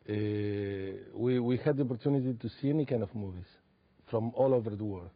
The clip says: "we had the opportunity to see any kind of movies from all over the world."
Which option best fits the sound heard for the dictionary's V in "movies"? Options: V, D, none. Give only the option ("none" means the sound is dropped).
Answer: V